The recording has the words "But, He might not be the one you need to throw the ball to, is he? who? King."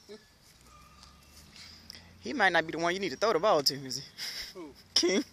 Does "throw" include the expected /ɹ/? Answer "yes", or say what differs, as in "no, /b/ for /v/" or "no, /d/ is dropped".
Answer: no, /ɹ/ is dropped